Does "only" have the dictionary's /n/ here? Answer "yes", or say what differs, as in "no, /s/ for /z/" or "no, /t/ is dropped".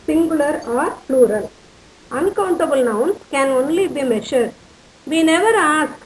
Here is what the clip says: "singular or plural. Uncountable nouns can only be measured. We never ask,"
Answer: yes